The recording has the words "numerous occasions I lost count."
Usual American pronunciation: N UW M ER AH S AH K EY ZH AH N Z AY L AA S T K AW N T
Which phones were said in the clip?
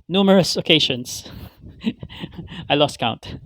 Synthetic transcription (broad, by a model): N UW M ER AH S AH K EY SH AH N S AY L AA S T K AW N T